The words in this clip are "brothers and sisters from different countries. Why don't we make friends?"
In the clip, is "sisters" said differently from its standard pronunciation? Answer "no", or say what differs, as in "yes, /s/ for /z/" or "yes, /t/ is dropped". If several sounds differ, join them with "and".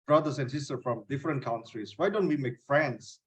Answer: yes, /z/ is dropped